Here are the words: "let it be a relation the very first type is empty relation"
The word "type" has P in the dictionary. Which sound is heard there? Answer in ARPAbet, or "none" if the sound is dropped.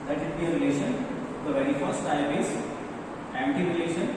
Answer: B